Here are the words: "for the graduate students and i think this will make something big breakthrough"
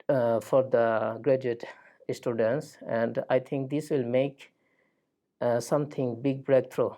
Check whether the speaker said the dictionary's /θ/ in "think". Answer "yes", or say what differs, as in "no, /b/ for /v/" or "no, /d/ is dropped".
no, /t/ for /θ/